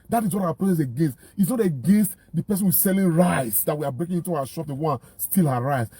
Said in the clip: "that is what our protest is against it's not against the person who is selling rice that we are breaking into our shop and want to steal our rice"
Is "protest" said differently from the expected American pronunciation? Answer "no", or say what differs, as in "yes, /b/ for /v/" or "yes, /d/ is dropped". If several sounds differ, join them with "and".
yes, /l/ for /ɹ/ and /t/ is dropped